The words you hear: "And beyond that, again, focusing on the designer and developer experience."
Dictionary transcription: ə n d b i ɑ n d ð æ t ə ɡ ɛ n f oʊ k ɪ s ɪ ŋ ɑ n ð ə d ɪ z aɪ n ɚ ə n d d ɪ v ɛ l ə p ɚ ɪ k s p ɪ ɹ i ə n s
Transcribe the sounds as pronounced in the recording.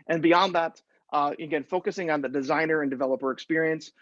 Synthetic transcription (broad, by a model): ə n b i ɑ n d ð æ t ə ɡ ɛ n f oʊ k ɪ s ɪ ŋ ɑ n ð ə d ɪ z aɪ n ɚ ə n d d ɪ v ɛ l ə p ɚ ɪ k s p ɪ ɹ i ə n s